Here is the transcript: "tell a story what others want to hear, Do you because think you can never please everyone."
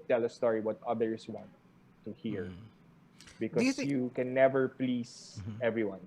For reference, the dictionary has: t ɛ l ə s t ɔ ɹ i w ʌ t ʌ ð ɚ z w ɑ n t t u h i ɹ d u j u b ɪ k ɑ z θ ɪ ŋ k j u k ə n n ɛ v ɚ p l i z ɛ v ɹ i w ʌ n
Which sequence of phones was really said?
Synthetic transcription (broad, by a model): t ɛ l ə s t ɔ ɹ i w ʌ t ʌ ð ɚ s w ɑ n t t u h i ɹ b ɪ k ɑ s j u k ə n n ɛ v ɚ p l i s ɛ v ɹ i w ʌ n